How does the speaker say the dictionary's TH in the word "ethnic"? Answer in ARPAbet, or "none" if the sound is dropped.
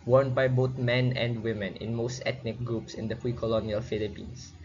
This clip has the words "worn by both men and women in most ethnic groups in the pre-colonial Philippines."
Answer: T